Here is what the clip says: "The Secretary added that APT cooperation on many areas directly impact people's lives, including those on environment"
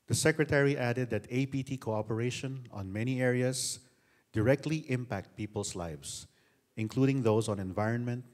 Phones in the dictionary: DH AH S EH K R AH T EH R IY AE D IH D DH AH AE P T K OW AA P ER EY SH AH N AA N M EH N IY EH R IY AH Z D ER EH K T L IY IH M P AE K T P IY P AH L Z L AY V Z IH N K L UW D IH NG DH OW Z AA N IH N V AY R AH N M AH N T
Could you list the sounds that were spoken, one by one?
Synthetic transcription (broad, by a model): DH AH S EH K R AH T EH R IY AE D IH D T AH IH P T K OW AA P ER EY SH AH N AA N M EH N IY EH R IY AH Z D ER EH K T L IY IH M P AE K T P IY P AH L S L AY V S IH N K L UW D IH NG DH OW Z AA N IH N V AY R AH N M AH N T